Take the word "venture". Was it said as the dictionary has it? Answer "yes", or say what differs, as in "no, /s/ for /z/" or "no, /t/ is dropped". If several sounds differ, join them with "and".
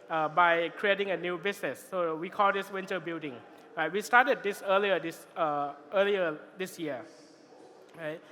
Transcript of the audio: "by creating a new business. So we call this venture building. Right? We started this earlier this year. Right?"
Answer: no, /w/ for /v/